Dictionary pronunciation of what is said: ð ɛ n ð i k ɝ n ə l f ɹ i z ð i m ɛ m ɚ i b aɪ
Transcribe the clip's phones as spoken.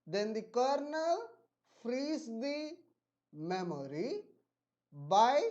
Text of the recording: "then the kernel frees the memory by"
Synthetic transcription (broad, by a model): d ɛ n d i k ɝ n ə l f ɹ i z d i m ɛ m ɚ i b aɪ